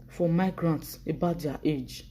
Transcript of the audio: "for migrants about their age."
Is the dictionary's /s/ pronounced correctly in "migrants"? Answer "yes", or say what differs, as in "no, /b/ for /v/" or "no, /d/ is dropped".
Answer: yes